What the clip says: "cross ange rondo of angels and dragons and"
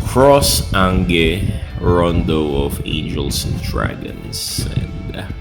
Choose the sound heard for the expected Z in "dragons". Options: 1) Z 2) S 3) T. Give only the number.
2